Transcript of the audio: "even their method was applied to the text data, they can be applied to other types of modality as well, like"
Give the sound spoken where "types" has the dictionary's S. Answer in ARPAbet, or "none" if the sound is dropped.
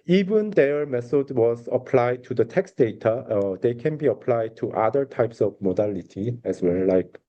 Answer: S